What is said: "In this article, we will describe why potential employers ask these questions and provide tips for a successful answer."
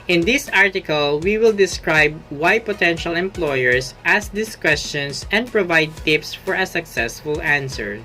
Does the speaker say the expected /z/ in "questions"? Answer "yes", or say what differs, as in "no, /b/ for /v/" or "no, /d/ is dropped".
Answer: no, /s/ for /z/